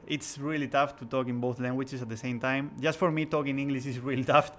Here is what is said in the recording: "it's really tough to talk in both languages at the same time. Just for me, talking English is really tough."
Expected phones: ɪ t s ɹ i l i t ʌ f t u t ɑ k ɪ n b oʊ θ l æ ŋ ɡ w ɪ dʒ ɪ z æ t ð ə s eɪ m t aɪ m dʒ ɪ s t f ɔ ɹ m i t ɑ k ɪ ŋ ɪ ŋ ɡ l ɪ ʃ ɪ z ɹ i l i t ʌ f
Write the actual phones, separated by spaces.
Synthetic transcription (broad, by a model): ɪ t s ɹ i l i t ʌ f t u t ɑ k ɪ n b oʊ θ l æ ŋ ɡ w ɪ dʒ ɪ s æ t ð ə s eɪ m t aɪ m dʒ ɪ s t f ɔ ɹ m i t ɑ k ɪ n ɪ ŋ ɡ l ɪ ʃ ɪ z ɹ i l i t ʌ f